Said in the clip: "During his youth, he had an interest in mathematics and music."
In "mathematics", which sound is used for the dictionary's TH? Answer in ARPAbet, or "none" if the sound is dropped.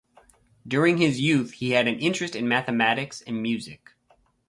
TH